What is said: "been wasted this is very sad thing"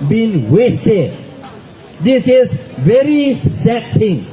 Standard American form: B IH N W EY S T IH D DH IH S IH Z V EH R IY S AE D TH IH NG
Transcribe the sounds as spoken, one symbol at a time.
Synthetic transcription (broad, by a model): B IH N W EY S T IH D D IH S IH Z V EH R IY S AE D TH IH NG